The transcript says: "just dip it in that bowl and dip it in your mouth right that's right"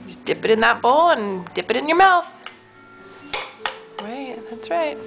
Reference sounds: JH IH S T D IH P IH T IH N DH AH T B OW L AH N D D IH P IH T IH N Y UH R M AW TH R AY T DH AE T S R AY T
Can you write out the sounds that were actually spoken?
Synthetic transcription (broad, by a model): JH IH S D IH P IH T IH N DH AH T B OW L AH N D D IH P IH T IH N Y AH R M AW TH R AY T DH AE T S R AY T